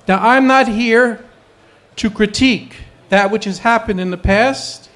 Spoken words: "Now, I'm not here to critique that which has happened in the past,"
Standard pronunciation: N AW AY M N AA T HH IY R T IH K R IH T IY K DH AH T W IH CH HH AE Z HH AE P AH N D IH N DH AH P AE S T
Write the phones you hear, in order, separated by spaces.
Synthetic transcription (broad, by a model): N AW AY M N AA T HH IY R T IH K R IH T IY K DH AH T W IH CH HH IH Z HH AE P AH N D IH N DH AH P AE S T